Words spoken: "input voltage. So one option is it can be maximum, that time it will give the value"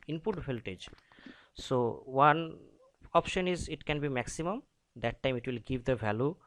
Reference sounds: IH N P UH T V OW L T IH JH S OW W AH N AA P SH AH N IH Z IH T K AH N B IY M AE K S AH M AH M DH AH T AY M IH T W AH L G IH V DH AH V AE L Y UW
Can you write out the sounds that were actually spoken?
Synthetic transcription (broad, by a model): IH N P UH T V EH L T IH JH S OW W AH N AA P SH AH N IH Z IH T K AH N B IY M AE K S AH M AH M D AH T AY M IH T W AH L G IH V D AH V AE L Y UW